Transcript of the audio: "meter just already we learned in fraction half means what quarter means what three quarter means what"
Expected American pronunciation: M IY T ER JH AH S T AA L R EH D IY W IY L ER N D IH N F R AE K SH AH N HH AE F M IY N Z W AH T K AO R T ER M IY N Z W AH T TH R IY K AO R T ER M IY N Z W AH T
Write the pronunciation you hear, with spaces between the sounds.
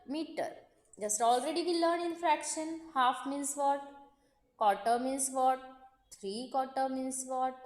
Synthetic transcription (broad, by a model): M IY T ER JH AH S T AA L R EH D IY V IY L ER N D IH N F R AE K SH AH N HH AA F M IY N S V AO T K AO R T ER M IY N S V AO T T R IY K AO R T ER M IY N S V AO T